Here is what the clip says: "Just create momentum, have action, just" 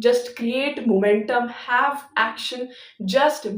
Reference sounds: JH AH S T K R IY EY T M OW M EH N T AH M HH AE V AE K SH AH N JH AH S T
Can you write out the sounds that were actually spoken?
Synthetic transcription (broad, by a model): JH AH S T K R IY EY T M OW M EH N T AH M HH AE V AE K SH AH N JH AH S T